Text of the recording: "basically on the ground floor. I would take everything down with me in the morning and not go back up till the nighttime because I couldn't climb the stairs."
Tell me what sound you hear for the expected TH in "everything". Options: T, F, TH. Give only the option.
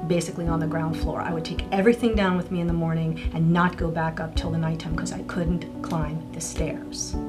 TH